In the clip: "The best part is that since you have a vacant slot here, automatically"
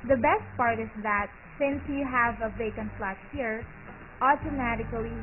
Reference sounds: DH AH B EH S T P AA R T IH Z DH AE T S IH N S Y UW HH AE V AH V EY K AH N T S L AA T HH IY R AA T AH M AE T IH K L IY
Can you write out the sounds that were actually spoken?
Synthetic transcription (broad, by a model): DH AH B EH S T P AA R T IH S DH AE T S IH N S Y UW HH AE V AH V EY K AH N T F L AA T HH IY R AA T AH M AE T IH K L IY